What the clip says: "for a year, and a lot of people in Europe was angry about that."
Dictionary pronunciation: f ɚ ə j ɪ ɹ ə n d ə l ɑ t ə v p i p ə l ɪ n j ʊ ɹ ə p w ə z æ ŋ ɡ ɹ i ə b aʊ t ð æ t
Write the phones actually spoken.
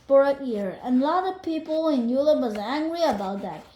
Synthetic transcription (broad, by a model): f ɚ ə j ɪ ɹ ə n l ɑ t ə v p i p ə l ɪ n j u l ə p w ə z æ ŋ ɡ ɹ i ə b aʊ t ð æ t